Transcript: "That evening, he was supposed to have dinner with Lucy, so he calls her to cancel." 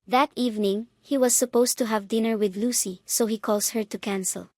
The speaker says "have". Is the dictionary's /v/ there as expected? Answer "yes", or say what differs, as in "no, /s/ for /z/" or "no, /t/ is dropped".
yes